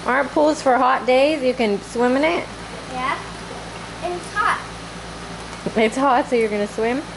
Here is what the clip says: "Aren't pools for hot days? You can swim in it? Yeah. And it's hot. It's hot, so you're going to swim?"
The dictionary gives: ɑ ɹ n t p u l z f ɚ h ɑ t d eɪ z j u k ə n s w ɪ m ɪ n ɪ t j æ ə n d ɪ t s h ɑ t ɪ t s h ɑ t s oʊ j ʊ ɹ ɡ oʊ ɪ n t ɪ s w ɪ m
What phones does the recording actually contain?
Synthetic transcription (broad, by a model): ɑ ɹ n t p u l z f ɚ h ɑ t d eɪ z j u k ə n s w ɪ m ɪ n ɪ t j æ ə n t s h ɑ t ɪ t s h ɑ t s oʊ j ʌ ɹ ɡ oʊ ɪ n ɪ s w ɪ m